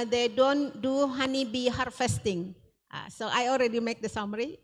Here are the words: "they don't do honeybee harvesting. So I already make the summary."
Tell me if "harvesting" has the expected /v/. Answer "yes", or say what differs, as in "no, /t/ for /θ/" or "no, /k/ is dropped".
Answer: no, /f/ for /v/